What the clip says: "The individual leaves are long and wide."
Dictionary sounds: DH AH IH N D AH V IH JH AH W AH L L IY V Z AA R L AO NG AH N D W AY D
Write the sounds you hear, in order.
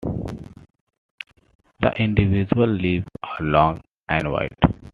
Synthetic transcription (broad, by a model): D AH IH N D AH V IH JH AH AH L L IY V AA R L AO NG AH N D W AY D